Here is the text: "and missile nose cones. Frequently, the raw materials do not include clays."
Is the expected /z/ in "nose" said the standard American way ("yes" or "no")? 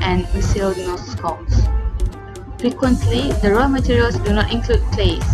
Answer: no